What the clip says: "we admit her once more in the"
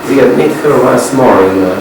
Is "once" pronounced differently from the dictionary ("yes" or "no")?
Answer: yes